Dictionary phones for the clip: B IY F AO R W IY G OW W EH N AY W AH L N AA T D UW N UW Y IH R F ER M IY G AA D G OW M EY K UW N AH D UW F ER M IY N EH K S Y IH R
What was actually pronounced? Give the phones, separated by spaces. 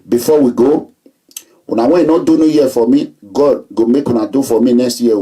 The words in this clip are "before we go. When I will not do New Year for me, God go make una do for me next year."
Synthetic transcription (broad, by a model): B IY F AO W IY G OW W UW N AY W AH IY N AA D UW N UW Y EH F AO M IY G AA D G OW M EY K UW N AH D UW F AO M IY N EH S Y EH